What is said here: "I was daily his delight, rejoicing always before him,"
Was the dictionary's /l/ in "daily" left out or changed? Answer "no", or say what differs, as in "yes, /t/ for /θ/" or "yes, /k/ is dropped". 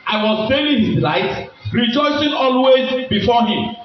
yes, /n/ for /l/